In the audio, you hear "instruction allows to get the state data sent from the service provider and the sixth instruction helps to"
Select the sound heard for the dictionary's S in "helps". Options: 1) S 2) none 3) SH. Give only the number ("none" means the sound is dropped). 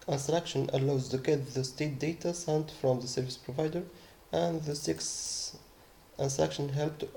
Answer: 2